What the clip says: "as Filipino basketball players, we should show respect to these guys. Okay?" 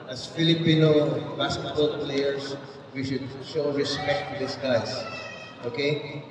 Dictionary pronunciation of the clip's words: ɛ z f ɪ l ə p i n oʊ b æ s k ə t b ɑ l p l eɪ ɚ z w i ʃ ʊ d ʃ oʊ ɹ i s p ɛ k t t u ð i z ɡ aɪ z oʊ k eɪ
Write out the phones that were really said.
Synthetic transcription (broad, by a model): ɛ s f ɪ l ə p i n oʊ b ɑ s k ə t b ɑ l p l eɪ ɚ s w i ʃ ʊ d ʃ oʊ ɹ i s p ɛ k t t u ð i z ɡ aɪ s oʊ k eɪ